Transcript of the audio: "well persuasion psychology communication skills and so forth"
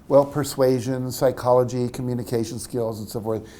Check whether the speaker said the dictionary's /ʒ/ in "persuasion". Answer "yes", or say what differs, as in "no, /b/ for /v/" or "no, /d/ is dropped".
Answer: yes